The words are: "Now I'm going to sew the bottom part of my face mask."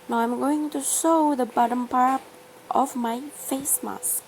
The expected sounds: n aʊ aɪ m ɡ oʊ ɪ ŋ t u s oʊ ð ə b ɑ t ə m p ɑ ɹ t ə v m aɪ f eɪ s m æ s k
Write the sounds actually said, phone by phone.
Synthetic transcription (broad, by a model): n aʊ aɪ m ɡ oʊ ɪ ŋ t u ʃ oʊ ð ə b ɑ t ə m p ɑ ɹ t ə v m aɪ f eɪ s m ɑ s